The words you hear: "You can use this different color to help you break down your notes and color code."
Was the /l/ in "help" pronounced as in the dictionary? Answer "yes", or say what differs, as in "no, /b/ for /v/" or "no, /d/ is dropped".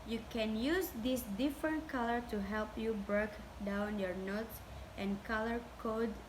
yes